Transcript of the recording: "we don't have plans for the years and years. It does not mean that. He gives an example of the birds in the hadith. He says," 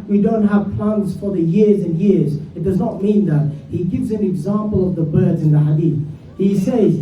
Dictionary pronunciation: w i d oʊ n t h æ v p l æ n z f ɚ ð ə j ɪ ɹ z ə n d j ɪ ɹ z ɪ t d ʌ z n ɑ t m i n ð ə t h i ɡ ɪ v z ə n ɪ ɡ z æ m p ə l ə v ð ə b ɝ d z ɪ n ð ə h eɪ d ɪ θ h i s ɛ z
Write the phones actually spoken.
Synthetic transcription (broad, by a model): w i d oʊ n t h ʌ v p l æ n z f ɚ ð ə j ɪ ɹ z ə n j ɪ ɹ z ɪ t d ʌ z n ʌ t m i n ð ə t h i ɡ ɪ v z ə n ɪ ɡ z æ m p ə l ə v ð ə b ɝ d z ɪ n ð ə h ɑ d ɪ θ h i s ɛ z